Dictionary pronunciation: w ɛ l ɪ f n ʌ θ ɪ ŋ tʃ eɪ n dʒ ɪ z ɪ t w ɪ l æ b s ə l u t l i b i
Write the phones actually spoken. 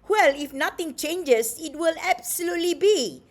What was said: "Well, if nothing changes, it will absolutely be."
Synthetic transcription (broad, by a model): w ɛ l ɪ f n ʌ t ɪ ŋ tʃ eɪ n dʒ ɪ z ɪ t w ɪ l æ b s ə l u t l i b i